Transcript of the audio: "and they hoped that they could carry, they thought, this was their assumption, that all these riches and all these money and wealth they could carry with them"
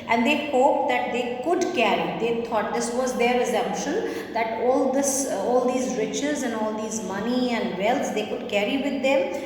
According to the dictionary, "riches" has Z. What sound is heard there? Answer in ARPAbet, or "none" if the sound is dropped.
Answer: Z